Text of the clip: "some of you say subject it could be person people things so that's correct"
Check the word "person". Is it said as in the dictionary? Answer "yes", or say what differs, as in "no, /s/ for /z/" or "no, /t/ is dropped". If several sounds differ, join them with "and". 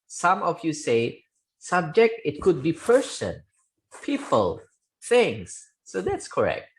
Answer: yes